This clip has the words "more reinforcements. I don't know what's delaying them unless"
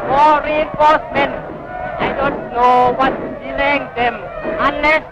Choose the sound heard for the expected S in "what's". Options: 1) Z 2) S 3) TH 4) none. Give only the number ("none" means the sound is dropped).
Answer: 4